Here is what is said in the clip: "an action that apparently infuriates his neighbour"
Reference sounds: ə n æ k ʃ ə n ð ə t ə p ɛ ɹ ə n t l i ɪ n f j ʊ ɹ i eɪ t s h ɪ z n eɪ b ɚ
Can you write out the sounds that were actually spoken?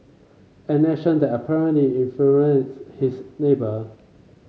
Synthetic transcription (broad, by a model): ə n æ ʃ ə n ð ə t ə p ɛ ɹ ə n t l i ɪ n f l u i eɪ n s h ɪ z n eɪ b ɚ